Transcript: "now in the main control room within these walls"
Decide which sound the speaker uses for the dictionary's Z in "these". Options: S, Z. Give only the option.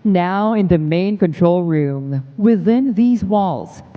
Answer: Z